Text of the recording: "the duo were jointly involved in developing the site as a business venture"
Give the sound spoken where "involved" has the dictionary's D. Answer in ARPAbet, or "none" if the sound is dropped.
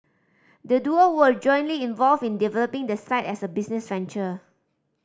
none